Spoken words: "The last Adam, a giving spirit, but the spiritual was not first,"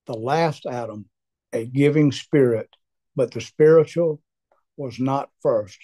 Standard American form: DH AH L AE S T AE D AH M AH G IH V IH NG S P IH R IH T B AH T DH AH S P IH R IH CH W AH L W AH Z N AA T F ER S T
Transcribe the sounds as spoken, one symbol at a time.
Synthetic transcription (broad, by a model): DH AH L AE S T AE D AH M AH G IH V IH NG S P IH R IH T B AH T DH AH S P IH R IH CH L W AH Z N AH T F ER S T